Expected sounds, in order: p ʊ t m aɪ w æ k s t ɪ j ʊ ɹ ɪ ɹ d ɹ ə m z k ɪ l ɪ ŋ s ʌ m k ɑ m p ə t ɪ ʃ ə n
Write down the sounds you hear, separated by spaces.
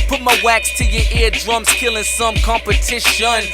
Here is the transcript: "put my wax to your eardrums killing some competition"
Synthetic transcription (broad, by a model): p ʊ t m aɪ w æ k s t ɪ j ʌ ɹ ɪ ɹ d ɹ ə m s k ɪ l ɪ ŋ s ʌ m k ɑ m p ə t ɪ ʃ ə n